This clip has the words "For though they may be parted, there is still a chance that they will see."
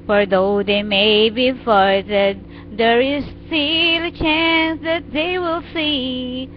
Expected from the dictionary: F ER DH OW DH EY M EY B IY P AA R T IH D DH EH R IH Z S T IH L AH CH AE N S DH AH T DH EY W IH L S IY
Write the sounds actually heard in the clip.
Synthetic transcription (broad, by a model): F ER DH OW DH EY M EY B IY F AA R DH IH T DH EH R IH Z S T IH L AH CH AE N S DH AH T DH EY W IH L S IY